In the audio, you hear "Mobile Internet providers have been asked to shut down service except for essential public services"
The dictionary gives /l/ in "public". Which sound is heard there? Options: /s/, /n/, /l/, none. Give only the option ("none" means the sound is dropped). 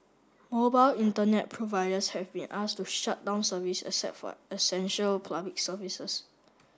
none